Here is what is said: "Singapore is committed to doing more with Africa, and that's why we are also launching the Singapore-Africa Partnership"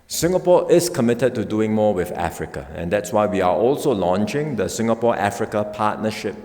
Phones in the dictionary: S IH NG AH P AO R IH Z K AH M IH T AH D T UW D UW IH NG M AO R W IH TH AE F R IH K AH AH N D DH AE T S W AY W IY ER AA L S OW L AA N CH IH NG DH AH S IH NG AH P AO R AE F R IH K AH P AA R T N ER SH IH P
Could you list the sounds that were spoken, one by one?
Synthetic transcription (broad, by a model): S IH NG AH P AO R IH S K AH M IH T AH D T UW D UW IH NG M AO W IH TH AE F R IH K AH AH N D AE T S W AY W IY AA AA L S OW L AA N CH IH NG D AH S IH NG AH P AO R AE F R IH K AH P AA T N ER SH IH P